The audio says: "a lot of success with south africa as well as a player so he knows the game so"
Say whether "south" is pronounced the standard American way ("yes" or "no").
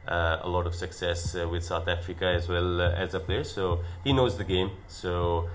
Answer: yes